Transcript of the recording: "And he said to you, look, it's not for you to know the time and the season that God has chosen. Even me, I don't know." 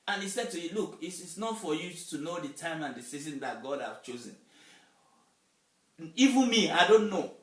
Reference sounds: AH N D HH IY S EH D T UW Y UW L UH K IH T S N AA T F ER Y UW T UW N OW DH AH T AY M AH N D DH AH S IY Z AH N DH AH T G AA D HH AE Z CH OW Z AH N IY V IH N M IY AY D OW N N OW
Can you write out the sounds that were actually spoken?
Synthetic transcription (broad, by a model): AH N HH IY S EH D T UW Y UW L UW K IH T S N AA T F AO Y UW T UW N OW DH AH T AY M AH N D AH S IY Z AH N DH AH T G AA D HH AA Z CH OW Z AH N IY V IH N M IY AY D OW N N OW